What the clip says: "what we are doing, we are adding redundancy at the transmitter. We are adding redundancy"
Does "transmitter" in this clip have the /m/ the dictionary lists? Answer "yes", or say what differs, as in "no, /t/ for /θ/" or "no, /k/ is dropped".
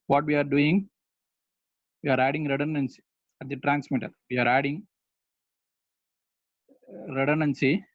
yes